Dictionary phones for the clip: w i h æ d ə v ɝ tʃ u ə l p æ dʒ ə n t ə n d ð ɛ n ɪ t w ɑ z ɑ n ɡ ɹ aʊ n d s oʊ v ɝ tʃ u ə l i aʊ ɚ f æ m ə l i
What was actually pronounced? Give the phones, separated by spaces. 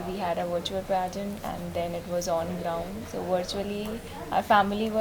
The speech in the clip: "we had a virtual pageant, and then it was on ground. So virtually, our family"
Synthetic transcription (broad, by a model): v i h æ d ə v ɝ tʃ u ə l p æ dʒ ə n ə n d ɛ n ɪ t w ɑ z ɑ n ɡ ɹ aʊ n d s oʊ v ɝ tʃ u ə l i aʊ ɚ f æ m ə l i